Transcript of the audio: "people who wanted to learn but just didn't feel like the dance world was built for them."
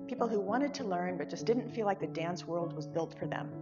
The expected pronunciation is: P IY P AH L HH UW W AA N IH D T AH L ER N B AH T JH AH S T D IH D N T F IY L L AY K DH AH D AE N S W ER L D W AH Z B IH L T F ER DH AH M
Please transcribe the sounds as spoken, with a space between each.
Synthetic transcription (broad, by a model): P IY P L HH UW W AA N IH D T AH L ER N B AH T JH AH S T D IH D N T F IY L L AY K DH AH D AE N S W ER L D W AH Z B IH L T F ER DH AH M